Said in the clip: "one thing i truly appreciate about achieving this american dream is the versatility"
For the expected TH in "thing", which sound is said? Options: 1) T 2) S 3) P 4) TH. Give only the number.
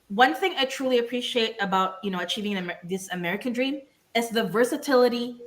4